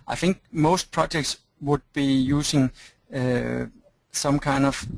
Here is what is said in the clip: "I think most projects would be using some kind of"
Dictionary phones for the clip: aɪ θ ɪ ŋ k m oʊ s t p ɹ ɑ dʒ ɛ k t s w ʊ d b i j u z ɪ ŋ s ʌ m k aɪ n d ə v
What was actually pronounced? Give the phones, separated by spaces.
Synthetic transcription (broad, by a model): aɪ θ ɪ ŋ k m oʊ s t p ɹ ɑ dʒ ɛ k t s w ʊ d b i j u s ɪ ŋ s ʌ m k aɪ n d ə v